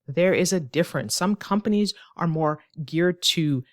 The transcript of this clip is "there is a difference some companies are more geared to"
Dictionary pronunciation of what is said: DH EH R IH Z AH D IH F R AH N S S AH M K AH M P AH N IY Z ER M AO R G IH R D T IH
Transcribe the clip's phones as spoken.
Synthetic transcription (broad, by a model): DH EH R IH Z AH D IH F R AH N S S AH M K AH M P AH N IY Z ER M AO R G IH R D T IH